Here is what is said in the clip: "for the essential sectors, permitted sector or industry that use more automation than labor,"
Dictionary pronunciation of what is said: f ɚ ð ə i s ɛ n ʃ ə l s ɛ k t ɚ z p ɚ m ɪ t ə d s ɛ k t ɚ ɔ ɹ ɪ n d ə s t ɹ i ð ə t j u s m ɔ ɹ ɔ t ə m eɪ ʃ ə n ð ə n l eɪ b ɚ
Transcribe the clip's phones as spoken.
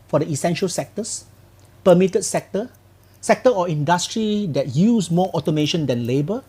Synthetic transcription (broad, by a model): f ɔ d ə i s ɛ n ʃ ə l s ɛ k t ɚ s p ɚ m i t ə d s ɛ k t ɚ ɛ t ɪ n d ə s t ɹ i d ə t j u s m ɔ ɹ ɔ t ə m eɪ ʃ ə n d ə n l eɪ b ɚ